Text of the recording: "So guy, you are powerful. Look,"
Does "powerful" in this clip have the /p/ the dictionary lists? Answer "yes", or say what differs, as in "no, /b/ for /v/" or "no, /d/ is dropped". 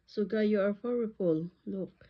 no, /f/ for /p/